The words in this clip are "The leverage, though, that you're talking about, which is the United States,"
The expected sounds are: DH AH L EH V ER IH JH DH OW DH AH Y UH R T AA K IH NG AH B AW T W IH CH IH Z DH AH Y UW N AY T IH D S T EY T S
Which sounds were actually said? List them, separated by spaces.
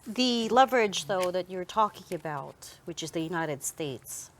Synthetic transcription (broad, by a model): DH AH L EH V ER IH JH DH OW DH AH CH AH R T AA K IH NG AH B AW T W IH CH IH Z DH AH Y UW N AY T IH D S T EY T S